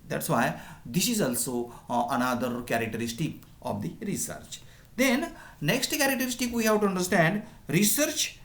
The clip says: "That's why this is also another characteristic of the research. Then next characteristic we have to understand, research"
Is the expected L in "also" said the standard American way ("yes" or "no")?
yes